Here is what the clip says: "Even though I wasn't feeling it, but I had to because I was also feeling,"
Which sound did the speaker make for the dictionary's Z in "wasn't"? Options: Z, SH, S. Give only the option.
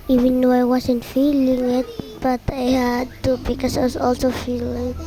S